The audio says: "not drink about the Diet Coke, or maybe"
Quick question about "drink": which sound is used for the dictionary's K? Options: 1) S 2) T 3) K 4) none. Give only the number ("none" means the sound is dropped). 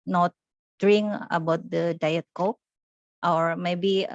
4